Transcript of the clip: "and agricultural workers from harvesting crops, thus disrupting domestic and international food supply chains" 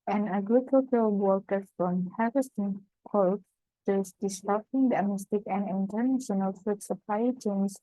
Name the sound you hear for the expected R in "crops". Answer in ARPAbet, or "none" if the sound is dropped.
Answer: none